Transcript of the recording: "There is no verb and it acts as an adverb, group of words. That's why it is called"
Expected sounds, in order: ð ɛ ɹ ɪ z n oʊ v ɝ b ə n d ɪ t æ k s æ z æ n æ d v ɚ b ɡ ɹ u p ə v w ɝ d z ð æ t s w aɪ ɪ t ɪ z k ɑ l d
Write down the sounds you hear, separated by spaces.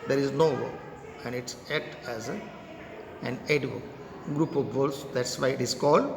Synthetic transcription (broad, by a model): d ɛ ɹ ɪ z n oʊ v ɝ ə n d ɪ t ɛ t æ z æ n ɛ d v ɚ ɡ ɹ u p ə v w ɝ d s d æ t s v aɪ ɪ t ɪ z k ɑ l d